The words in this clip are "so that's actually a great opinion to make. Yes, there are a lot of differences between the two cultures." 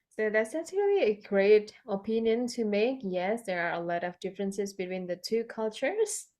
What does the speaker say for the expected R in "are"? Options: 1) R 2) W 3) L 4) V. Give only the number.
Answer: 1